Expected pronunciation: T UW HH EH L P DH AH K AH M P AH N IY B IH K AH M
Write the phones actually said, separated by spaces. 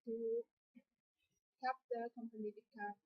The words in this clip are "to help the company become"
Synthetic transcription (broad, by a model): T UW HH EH P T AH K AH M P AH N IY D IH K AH